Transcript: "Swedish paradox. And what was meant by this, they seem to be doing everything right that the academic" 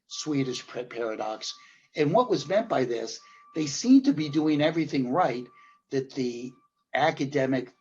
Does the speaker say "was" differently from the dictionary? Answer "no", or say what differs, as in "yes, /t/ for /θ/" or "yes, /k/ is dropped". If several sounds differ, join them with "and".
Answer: no